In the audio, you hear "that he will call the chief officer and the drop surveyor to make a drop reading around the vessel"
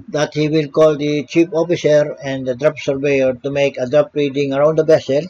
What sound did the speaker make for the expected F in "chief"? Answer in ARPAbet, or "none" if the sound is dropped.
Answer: P